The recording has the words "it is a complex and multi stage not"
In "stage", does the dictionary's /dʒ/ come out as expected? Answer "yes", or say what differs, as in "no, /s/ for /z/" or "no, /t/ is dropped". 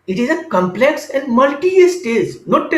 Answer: no, /z/ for /dʒ/